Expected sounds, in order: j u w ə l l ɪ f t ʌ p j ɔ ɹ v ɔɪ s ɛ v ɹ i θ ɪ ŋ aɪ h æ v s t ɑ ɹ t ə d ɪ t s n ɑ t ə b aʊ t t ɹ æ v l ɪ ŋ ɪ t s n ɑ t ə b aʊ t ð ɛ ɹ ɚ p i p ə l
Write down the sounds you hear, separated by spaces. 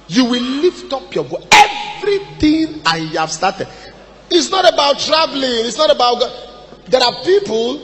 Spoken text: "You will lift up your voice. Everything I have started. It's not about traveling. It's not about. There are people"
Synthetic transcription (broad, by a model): j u w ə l l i f t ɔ p j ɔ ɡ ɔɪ ɛ v ɹ i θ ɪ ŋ aɪ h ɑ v s t ɑ t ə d ɪ t s n ɑ t ə b aʊ t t ɹ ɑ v l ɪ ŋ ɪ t s n ɑ t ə b aʊ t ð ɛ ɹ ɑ p i p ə l